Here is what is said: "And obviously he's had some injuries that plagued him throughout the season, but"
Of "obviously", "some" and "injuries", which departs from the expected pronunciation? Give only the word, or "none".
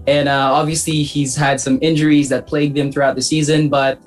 none